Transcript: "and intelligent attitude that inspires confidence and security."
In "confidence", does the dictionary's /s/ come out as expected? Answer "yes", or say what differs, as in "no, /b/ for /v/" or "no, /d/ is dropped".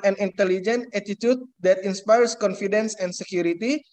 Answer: yes